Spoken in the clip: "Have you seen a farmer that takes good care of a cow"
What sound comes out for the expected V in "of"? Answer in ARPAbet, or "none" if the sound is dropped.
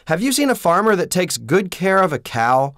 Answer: V